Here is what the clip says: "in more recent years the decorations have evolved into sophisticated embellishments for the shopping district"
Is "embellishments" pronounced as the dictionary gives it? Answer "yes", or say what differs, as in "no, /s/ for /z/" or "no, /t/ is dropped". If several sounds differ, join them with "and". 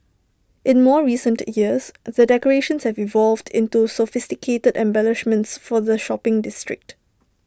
yes